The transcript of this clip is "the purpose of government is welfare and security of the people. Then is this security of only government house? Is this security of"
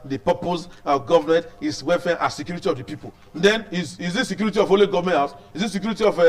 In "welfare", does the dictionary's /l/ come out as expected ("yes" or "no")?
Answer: no